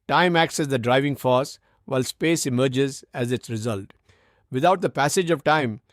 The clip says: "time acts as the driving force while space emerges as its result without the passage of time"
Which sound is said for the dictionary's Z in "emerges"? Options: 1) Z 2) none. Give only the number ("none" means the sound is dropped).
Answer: 1